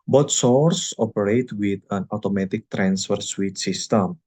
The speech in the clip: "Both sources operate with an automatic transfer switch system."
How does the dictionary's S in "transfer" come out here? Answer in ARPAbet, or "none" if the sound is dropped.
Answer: S